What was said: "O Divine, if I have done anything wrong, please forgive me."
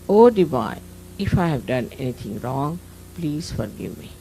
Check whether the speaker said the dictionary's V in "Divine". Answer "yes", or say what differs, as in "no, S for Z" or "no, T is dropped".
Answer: no, B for V